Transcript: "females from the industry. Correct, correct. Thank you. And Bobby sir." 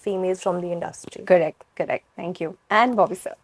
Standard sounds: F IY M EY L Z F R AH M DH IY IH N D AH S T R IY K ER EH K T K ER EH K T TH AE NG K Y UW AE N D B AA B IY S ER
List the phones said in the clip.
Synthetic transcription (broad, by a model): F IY M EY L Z F R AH M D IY IH N D AH S T R IY K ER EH K T K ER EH K T T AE NG K Y UW AE N D B AA B IY S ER